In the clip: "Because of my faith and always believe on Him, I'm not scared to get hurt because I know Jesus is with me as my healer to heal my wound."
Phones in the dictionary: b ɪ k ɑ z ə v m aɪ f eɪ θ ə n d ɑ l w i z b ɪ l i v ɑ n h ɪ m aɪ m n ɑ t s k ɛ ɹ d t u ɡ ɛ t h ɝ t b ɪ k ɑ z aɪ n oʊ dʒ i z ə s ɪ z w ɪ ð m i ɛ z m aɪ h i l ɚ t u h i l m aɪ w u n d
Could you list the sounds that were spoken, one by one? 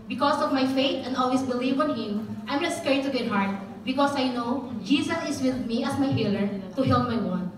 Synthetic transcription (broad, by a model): b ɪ k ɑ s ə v m aɪ f eɪ t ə n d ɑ l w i s b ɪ l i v ɑ n h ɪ m aɪ m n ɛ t s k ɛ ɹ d t u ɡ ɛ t h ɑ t b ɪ k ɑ s aɪ n oʊ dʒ i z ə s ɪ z w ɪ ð m i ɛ s m aɪ h i l ɚ t u h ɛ l m aɪ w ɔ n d